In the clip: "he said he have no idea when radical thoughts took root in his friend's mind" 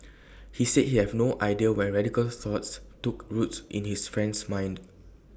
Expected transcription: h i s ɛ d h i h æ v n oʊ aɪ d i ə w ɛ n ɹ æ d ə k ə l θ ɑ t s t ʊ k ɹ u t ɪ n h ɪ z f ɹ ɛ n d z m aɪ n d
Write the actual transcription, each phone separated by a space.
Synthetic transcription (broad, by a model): h i s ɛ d h i h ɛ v n oʊ aɪ d i ə w ɛ n ɹ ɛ d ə k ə l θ ɑ t s t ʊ k ɹ u t ɪ n h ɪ s f ɹ ɛ n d s m aɪ n d